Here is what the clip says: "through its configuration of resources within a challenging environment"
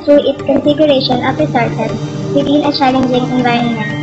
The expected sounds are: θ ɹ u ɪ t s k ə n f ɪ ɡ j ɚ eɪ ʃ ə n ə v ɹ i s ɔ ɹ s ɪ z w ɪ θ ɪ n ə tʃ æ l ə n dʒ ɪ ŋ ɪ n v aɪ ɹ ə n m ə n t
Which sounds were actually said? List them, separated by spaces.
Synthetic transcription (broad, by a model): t ɹ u ɪ t s k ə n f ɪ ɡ j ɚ eɪ ʃ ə n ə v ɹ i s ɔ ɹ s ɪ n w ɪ t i n ə tʃ æ l ə n dʒ ɪ ŋ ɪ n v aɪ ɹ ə n m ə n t